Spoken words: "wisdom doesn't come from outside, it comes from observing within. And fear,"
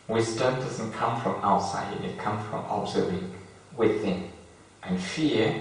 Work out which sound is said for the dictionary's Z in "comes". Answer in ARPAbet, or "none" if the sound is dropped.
none